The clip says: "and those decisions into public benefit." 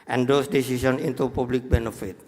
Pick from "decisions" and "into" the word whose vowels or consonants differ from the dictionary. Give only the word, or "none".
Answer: decisions